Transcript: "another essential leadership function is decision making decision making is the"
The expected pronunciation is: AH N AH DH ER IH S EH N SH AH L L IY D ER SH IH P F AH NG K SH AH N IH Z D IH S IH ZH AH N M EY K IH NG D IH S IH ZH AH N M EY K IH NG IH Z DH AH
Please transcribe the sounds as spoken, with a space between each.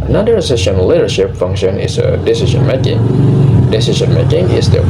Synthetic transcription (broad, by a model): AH N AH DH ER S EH SH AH N L IY D ER SH IH P F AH NG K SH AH N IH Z D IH S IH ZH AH N M EY K IH NG D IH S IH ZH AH N M EY K IH NG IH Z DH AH